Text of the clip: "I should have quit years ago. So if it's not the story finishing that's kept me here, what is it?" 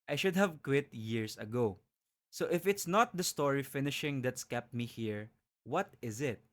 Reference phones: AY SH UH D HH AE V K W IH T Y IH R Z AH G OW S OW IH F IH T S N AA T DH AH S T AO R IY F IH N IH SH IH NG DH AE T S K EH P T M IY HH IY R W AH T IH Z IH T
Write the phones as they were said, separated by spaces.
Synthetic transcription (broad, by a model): AY SH UH D HH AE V K W IH T Y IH R S AH G OW S OW IH F IH T S N AA T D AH S T AO R IY F IH N IH SH IH NG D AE T S K EH P T M IY HH IY R W AH T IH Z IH T